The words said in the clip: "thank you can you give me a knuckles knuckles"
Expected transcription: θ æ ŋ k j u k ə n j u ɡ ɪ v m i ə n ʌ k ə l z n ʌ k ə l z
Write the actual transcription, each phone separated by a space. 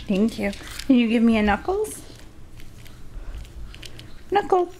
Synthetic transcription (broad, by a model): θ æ ŋ k j u k ə n j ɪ ɡ ɪ v m i ə n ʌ k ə l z n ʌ k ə l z